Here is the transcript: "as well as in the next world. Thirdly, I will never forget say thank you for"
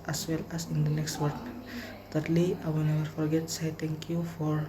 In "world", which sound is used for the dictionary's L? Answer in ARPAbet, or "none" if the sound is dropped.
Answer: none